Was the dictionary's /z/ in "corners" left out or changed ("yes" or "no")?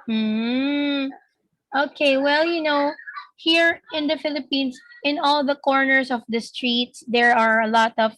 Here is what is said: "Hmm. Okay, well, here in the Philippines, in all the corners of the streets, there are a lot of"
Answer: yes